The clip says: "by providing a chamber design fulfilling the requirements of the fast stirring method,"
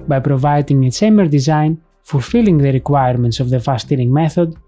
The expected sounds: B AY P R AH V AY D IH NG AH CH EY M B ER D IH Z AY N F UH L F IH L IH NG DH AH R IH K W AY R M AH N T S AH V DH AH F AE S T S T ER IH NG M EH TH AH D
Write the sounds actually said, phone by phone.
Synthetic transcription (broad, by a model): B AY P R AH V AY D IH NG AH S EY M ER D IH Z AY N F UH L F IH L IH NG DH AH R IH K W AY R M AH N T S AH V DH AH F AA S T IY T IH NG M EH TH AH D